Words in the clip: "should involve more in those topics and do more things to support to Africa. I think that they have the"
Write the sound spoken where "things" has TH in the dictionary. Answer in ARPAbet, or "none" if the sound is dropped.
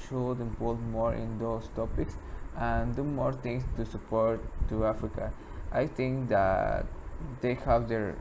T